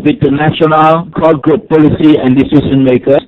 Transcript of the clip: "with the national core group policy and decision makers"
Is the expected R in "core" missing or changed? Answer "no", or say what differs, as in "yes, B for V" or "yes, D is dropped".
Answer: yes, L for R